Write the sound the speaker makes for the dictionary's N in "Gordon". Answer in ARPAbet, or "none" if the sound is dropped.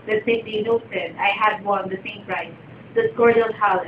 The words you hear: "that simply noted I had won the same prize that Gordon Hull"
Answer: L